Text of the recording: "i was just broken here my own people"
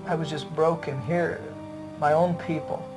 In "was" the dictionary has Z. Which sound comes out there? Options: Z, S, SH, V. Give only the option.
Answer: Z